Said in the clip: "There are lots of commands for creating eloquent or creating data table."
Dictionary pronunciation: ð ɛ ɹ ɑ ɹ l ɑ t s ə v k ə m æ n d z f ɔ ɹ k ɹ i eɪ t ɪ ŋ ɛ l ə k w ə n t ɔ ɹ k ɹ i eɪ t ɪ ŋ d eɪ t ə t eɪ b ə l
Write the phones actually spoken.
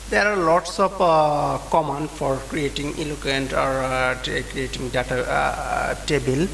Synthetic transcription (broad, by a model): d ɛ ɹ ɑ ɹ l ɑ t s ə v k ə m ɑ n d f ɔ ɹ k ɹ i eɪ t ɪ ŋ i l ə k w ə n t ɔ ɹ k ɹ i eɪ t ɪ ŋ d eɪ t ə t eɪ b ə l